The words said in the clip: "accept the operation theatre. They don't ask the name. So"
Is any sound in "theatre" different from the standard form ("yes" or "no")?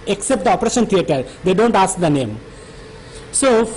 yes